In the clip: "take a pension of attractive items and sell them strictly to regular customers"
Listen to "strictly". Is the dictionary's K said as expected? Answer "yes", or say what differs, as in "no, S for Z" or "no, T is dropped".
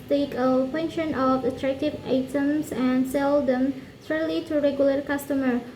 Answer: no, K is dropped